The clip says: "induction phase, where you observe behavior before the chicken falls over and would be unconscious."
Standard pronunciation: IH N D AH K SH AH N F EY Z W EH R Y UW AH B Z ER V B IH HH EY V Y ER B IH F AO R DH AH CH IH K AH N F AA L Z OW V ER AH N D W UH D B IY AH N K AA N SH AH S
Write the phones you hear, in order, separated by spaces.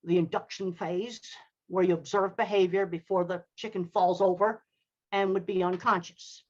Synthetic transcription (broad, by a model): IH N D AH K SH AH N F EY Z W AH R Y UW AH B Z ER V B IH HH EY V Y ER B IH F AO R DH AH CH IH K AH N F AA L Z OW V ER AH N W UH D B IY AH N K AA N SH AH S